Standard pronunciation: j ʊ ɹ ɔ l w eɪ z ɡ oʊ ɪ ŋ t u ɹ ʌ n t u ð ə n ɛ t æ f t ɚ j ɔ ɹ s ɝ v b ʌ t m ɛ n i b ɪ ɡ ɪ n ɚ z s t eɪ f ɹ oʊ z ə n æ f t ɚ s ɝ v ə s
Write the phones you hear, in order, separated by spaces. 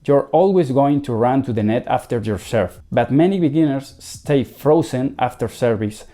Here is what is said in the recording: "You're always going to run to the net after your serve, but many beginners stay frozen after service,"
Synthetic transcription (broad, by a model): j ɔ ɹ ɔ l w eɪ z ɡ oʊ ɪ ŋ t u ɹ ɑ n t u ð ə n ɛ t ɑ f t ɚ j ɔ ɹ s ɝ f b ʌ t m ɛ n i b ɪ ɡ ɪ n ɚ s t eɪ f ɹ oʊ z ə n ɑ f t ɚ s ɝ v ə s